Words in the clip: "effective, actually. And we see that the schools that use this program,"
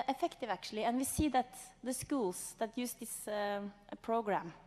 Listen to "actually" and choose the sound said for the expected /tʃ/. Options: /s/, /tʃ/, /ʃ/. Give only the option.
/ʃ/